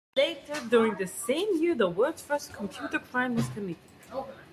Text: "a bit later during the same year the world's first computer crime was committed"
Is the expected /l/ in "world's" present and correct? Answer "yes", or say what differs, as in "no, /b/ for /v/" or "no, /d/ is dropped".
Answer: no, /l/ is dropped